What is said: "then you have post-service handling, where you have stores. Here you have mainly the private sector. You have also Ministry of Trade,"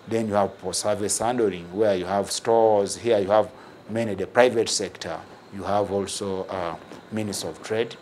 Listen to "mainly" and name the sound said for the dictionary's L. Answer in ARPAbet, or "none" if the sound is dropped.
none